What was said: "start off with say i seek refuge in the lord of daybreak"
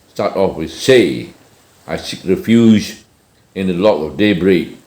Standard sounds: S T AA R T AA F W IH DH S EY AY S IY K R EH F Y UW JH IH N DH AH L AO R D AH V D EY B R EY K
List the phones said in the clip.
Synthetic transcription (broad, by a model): S T AA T AA F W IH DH S EY AY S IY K R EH F Y UW Z IH N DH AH L AO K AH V D EY B R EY K